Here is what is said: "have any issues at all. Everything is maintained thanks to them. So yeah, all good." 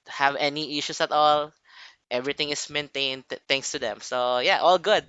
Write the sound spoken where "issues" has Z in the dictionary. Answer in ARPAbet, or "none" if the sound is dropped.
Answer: S